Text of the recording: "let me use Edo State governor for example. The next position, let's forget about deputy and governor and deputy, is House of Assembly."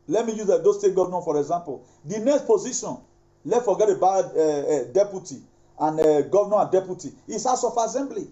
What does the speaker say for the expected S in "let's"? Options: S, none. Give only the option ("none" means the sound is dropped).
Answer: none